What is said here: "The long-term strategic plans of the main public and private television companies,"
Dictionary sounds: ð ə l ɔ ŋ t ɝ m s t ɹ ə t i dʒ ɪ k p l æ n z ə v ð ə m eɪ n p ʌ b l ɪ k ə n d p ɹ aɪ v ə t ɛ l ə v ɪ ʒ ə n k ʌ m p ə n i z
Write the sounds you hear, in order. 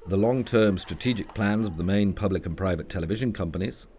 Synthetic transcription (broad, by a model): ð ə l ɔ ŋ t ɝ m s t ɹ ə t i dʒ ɪ k p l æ n z ə v ð ə m eɪ n p ʌ b l ɪ k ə n p ɹ aɪ v ə t ɛ l ə v ɪ ʒ ə n k ʌ m p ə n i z